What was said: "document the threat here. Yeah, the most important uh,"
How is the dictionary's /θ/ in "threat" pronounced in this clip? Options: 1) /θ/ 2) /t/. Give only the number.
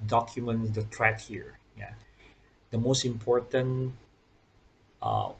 2